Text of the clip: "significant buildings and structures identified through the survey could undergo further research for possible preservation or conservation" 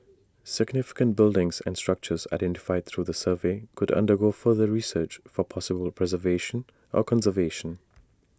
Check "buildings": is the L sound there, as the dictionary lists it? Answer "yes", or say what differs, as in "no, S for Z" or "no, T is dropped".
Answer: yes